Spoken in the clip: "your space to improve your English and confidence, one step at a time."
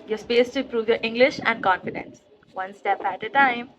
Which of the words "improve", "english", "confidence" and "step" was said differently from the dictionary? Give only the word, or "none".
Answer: improve